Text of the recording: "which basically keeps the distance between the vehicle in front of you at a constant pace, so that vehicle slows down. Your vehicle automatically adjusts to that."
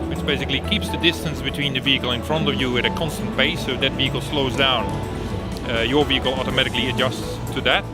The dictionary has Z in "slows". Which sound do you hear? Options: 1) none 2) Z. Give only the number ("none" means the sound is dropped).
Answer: 2